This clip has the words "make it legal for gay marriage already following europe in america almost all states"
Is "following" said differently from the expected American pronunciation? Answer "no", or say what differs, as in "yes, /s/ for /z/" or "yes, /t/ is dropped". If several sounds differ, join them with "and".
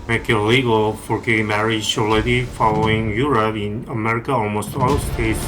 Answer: no